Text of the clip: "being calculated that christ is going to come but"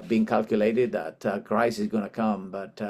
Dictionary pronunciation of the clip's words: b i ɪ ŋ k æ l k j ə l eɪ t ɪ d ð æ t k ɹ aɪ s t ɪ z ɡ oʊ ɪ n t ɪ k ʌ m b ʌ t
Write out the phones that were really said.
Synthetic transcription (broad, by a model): b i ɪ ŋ k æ l k j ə l eɪ t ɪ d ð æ t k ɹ aɪ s ɪ z ɡ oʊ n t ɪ k ʌ m b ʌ t